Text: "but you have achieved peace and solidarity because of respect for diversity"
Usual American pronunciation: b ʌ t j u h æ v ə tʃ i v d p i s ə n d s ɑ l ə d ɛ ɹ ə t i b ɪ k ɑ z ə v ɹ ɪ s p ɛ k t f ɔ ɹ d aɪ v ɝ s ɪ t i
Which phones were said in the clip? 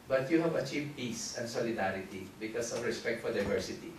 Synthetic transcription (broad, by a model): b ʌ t j u h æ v ə tʃ i v d p i s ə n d s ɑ l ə d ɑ ɹ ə t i b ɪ k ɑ s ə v ɹ ɪ s p ɛ k t f ɔ ɹ d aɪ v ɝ s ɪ t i